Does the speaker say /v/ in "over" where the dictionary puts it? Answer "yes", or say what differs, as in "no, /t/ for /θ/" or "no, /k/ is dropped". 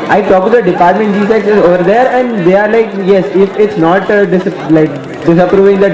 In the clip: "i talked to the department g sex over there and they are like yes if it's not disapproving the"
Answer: yes